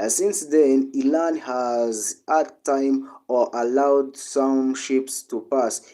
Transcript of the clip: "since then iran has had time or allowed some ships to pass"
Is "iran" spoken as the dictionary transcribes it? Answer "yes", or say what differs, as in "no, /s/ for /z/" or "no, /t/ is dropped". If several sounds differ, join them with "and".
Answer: no, /l/ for /ɹ/